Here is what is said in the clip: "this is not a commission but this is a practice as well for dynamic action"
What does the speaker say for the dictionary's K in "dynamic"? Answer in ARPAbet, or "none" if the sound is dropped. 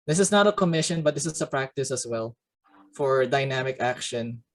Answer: K